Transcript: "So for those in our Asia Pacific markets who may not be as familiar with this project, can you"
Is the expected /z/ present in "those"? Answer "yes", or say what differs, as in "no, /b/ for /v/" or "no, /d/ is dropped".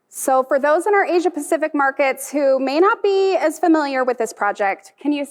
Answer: yes